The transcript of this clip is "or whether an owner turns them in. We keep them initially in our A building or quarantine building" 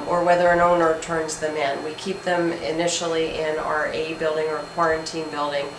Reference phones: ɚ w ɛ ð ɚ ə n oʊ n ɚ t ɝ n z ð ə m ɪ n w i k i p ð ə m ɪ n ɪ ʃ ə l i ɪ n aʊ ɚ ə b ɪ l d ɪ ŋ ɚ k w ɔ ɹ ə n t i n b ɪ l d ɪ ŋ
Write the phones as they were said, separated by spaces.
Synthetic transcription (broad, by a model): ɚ w ɛ ð ɚ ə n oʊ n ɚ t ɝ n z ð ə m ɪ n w i k i p ð ə m ɪ n ɪ ʃ l i ɪ n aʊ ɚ ə b ɪ l d ɪ ŋ ɚ k w ɔ ɹ ə n t i n b ɪ l d ɪ ŋ